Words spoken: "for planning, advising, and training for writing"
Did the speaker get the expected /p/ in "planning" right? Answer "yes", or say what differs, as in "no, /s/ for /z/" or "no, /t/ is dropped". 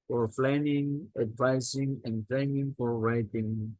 no, /f/ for /p/